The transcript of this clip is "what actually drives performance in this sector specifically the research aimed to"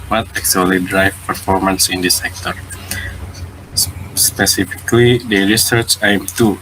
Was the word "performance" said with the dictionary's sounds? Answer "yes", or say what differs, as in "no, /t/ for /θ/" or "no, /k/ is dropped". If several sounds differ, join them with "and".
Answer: yes